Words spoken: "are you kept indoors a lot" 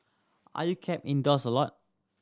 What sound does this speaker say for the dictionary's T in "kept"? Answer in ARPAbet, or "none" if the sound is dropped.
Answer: none